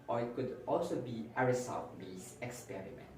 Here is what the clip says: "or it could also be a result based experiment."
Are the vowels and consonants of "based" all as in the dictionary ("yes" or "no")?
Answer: no